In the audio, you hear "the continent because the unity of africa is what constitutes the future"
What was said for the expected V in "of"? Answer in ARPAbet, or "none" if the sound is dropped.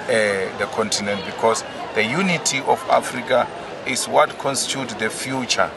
F